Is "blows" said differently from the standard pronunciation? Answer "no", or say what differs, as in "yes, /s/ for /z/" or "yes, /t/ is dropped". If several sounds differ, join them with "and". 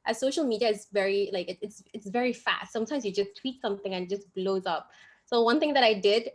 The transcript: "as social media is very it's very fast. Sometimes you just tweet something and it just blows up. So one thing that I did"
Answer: no